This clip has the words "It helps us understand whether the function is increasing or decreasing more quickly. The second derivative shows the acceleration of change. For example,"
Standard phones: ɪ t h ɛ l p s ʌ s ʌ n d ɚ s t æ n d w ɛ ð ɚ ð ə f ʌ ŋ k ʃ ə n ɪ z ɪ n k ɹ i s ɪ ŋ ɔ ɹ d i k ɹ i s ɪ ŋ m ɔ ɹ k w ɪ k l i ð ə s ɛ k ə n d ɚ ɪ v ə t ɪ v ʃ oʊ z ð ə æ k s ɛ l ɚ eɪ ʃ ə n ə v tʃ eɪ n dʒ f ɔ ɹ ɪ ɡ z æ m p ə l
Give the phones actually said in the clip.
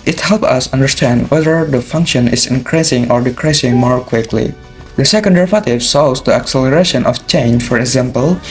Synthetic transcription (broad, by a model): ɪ t h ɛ l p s ʌ s ʌ n d ɚ s t æ n d w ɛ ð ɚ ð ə f ʌ ŋ k ʃ ə n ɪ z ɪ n k ɹ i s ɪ ŋ ɔ ɹ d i k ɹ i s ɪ ŋ m ɔ ɹ k w ɪ k l i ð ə s ɛ k ə n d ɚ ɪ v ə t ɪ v s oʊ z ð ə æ k s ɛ l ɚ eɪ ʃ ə n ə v tʃ eɪ n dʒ f ɔ ɹ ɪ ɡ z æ m p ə l